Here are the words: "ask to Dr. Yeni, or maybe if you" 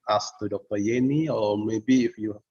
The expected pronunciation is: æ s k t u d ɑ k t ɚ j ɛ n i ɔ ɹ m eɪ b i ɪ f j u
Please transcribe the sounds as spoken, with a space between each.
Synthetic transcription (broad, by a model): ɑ s t u d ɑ k t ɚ j ɛ n i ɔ l m eɪ b i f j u